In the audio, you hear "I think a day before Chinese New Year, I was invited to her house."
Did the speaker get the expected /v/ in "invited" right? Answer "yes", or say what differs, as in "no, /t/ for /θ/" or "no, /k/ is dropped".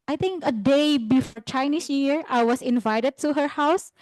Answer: yes